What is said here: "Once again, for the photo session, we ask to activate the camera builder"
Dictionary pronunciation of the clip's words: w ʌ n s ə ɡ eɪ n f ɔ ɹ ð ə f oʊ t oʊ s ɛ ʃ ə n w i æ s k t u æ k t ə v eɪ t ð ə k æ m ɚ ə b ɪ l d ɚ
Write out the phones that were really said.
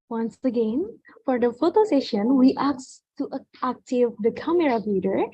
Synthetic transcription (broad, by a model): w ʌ n s ə ɡ eɪ n f ɔ ɹ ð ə f oʊ t oʊ s ɛ ʃ ə n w i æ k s t u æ k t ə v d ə k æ m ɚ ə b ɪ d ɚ